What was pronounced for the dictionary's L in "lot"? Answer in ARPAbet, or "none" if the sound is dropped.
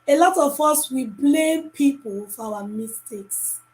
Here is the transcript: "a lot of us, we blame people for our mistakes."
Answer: L